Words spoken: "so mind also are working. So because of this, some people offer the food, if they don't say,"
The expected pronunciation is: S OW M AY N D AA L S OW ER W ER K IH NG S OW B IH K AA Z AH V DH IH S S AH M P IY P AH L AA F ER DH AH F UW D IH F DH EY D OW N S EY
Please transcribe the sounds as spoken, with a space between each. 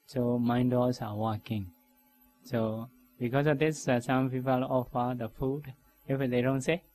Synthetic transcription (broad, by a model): S OW M AY N D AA S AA W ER K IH NG S OW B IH K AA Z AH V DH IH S S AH M P IY P AH L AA F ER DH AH F UW D IH F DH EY D OW N S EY